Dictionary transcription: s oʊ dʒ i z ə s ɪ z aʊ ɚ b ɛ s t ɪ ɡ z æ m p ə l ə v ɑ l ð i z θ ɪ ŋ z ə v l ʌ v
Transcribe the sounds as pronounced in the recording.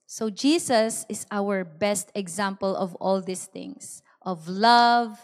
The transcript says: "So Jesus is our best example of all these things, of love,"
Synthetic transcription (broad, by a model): s oʊ dʒ i s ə s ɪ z aʊ ɚ b ɛ s t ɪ ɡ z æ m p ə l ə v ɑ l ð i s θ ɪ ŋ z ə v l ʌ v